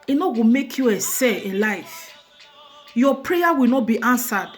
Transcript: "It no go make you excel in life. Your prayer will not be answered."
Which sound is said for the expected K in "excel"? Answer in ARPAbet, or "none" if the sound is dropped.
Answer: none